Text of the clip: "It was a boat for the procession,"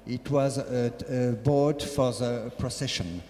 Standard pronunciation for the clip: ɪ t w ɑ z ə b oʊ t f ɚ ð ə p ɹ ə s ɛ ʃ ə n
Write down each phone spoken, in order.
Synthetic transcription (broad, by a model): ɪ t w ɑ z ə b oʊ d f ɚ ð ə p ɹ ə s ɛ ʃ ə n